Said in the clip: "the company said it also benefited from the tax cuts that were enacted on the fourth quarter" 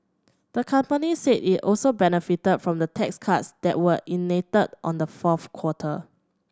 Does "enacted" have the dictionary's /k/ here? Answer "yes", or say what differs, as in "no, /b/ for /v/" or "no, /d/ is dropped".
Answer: no, /k/ is dropped